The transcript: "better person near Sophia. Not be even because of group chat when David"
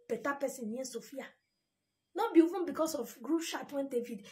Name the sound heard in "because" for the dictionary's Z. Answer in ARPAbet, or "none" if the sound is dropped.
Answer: S